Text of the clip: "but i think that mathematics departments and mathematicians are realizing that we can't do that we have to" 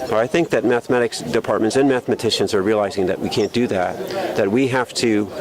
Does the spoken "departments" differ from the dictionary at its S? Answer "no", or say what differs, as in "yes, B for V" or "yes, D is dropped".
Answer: no